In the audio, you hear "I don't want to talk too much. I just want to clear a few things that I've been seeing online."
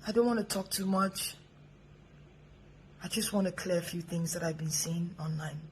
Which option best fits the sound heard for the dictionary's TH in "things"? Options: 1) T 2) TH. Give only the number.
2